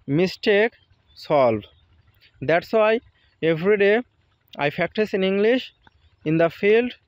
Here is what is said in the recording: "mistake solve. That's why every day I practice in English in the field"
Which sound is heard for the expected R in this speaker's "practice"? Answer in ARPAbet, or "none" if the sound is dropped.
none